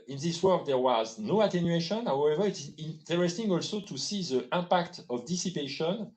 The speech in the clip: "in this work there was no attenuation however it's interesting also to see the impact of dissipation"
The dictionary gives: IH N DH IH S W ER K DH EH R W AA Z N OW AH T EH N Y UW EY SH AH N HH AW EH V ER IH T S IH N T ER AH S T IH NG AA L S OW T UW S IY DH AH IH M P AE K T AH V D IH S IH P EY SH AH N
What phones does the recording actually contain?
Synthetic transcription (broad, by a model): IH N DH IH S W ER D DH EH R W AA Z N OW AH T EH N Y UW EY SH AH N HH AW EH V ER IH T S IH N T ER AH S T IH NG AA L S OW T UW S IY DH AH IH P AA K T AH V D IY S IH P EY SH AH N